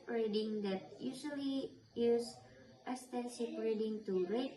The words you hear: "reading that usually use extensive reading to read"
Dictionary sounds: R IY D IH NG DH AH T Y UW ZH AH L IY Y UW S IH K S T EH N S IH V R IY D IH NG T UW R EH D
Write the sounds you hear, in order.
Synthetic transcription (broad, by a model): R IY D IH NG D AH T Y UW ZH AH L IY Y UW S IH S T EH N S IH P R IY D IH NG T UW R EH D